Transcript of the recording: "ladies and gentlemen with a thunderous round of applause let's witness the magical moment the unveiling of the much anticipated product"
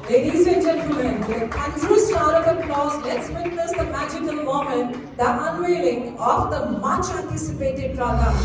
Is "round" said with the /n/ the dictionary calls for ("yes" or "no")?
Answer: no